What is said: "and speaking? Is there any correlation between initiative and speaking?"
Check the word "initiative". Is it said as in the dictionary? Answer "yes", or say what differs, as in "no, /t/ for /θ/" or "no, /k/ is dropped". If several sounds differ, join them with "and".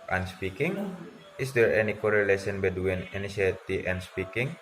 no, /v/ is dropped